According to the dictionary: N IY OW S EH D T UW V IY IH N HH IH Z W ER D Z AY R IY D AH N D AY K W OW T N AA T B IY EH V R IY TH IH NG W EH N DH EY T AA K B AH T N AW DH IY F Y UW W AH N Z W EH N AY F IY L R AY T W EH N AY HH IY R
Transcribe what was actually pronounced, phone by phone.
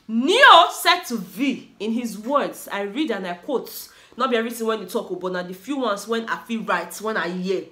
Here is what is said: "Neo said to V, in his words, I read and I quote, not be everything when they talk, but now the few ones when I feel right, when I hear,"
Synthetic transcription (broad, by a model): N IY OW S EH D T UW V IY IH N HH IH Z W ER D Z AY R IY D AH N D AY K W OW T N AA T B IY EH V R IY T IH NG W EH N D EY T AA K B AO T N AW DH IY F Y UW W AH N S W EH N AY F IY L R AY T W EH N AY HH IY